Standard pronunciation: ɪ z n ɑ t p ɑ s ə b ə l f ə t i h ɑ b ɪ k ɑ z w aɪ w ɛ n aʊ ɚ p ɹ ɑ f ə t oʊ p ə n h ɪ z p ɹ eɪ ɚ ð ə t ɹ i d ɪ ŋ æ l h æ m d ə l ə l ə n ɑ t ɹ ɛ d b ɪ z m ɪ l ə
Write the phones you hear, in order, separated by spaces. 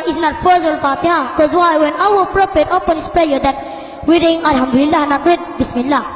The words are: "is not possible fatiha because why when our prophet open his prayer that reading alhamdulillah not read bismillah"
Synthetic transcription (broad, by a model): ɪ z n ɑ t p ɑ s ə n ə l p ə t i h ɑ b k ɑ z w aɪ w ɛ n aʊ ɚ p ɹ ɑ p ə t oʊ p ə n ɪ s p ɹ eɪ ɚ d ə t w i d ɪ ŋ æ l h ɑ m d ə l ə l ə n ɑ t w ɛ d b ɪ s m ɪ l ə